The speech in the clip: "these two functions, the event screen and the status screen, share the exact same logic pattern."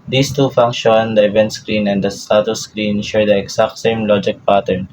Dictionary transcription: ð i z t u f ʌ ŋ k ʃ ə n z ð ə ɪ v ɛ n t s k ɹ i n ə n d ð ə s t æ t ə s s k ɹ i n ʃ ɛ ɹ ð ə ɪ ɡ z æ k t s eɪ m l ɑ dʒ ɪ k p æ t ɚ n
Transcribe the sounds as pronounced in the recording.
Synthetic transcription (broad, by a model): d i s t u f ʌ ŋ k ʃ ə n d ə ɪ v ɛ n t s k ɹ i n ə n d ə s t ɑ t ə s s k ɹ i n ʃ ɛ ɹ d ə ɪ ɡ s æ k t s eɪ m l ɑ dʒ ɪ k p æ t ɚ n